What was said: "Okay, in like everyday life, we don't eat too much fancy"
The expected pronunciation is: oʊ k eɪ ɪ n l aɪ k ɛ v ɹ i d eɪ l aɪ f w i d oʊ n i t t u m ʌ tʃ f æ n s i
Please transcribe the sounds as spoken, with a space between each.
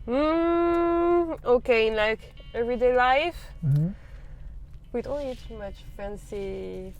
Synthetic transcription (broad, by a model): oʊ k eɪ ɪ n l aɪ k ɛ v ɹ i d eɪ l aɪ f w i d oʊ l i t t u m ʌ tʃ f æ n s i